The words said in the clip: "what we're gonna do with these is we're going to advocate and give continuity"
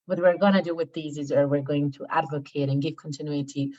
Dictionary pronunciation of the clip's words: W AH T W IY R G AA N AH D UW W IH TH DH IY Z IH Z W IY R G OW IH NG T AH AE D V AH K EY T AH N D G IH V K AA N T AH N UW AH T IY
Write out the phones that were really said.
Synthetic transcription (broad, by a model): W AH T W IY R G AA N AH D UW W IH DH IY Z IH Z W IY R G OW IH NG T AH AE D V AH K EY T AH N G IH V K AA N T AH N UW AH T IY